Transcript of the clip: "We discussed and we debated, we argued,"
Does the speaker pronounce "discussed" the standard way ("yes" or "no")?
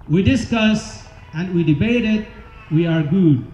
no